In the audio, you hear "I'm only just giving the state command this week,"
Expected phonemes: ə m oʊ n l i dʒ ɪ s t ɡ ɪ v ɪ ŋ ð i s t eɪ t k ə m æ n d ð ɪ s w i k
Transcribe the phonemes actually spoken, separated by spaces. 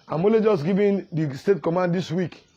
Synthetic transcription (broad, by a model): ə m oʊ l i dʒ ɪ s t ɡ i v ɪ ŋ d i s t eɪ t k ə m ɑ n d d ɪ s w i k